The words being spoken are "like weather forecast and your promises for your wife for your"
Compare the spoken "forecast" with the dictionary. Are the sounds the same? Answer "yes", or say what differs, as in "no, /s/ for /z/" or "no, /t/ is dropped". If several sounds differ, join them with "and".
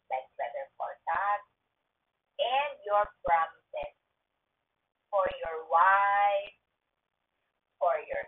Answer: no, /s/ is dropped